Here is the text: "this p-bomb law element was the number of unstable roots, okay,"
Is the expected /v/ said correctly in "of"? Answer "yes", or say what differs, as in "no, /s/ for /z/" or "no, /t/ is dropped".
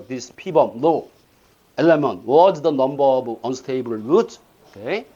no, /b/ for /v/